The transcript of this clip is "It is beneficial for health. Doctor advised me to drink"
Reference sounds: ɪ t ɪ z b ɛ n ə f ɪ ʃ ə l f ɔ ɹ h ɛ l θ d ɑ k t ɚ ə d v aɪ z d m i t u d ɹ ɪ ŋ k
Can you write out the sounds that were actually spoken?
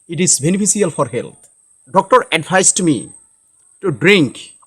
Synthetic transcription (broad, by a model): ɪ t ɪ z b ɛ n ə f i s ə l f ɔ ɹ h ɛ l t d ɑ k t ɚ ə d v aɪ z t m i t u d ɹ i ŋ k